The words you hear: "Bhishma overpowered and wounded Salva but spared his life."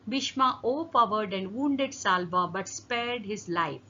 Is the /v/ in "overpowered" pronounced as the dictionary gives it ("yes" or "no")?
no